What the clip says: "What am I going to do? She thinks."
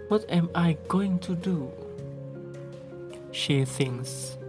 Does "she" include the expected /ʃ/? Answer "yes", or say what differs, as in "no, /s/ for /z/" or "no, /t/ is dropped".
yes